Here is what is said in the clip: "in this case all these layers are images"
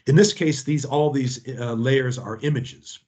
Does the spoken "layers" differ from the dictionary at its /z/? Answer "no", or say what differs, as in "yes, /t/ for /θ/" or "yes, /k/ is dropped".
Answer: no